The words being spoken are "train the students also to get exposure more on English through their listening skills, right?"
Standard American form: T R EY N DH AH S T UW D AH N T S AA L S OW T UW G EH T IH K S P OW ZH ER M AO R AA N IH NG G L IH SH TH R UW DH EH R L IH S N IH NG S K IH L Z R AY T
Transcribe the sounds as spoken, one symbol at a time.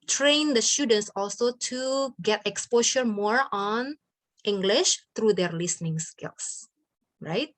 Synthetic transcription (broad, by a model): T R EY N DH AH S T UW D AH N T S AA L S OW T UW G EH T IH K S P OW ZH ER M AO R AA N IH NG G L IH SH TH R UW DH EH R L IH S N IH NG S K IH L S R AY T